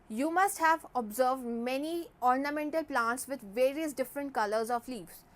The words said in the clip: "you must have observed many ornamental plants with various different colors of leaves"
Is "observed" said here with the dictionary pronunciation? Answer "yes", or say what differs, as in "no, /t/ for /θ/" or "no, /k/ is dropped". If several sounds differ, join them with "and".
yes